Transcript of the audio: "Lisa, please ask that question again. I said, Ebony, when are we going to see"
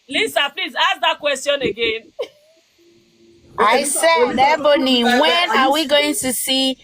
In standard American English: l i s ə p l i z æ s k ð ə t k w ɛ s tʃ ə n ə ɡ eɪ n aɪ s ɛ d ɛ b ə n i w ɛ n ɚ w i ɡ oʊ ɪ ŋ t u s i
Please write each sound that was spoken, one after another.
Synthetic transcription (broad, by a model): l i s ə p l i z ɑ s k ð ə t k w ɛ s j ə n ə ɡ eɪ n aɪ s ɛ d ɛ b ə n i w ɛ n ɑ w i ɡ oʊ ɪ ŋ t u s i